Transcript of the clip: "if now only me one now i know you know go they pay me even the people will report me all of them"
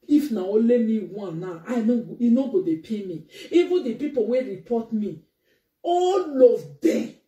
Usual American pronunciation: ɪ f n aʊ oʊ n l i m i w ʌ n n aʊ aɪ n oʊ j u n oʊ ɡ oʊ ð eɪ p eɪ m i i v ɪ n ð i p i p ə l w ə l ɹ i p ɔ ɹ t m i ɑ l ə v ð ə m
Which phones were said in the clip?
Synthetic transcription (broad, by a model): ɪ f n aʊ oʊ l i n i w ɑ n n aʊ aɪ n oʊ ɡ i n oʊ ɡ oʊ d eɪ p eɪ m i i v ɪ n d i p i p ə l w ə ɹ i p ɔ t m i ɑ l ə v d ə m